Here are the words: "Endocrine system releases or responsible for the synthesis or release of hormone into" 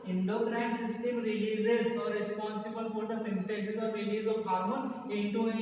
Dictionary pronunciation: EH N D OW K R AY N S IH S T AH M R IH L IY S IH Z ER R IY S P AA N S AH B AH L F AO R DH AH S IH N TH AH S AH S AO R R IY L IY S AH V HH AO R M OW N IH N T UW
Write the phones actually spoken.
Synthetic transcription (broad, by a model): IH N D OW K R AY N S IH S T AH M R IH L IY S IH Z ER R IY S P AA N S AH B AH L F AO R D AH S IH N T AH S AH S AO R R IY L IY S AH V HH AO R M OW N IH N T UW